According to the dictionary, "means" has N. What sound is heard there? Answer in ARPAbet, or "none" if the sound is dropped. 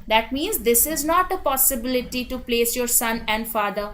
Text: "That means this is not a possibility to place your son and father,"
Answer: N